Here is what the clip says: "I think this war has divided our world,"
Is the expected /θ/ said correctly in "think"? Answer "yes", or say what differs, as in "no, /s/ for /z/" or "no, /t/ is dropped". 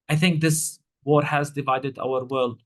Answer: yes